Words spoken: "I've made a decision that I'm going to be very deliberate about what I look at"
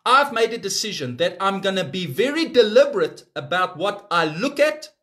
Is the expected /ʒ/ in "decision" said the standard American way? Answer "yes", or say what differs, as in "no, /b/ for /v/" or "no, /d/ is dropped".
yes